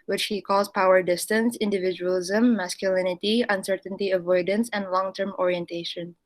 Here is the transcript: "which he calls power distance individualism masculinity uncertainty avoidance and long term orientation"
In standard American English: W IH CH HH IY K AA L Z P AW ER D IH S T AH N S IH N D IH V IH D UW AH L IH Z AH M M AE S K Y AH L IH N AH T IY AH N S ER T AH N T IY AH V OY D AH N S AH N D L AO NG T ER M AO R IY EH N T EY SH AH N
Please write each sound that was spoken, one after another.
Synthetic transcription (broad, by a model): W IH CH HH IY K AA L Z P AW ER D IH S T AH N S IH N D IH V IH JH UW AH L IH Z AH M M AE S K Y AH L IH N AH T IY AH N S ER T AH N T IY AH V OY D AH N S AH N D L AO NG T ER M AO R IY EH N T EY SH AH N